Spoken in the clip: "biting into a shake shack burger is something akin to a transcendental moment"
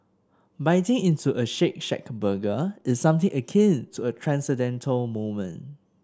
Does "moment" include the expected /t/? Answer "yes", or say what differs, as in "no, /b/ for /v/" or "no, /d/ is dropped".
no, /t/ is dropped